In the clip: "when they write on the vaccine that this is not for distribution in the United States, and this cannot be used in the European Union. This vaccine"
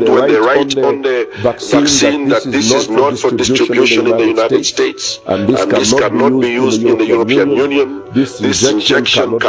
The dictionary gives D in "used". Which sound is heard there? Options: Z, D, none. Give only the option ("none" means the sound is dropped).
D